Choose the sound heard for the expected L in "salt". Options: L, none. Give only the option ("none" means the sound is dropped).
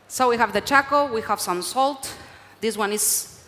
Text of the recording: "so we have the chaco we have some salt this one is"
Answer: L